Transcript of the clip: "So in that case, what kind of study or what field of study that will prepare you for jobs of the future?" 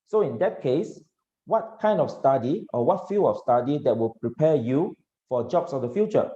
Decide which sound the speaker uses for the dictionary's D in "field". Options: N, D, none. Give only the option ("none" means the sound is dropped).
none